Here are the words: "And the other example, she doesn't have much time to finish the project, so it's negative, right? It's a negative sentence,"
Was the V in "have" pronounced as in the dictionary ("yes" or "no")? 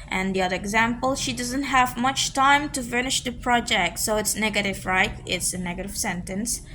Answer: yes